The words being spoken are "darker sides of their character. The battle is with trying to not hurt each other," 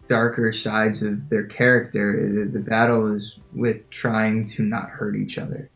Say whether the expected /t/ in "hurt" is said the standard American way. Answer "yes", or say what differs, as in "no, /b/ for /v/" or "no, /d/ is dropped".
yes